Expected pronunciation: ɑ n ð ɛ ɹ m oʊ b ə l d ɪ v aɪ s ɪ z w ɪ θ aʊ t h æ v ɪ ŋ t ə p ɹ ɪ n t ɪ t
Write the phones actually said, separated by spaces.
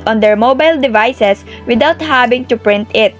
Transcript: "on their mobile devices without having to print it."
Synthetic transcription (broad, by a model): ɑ n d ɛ ɹ m oʊ b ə l d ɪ v aɪ s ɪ s w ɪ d aʊ t h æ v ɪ ŋ t ə p ɹ ɪ n t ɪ t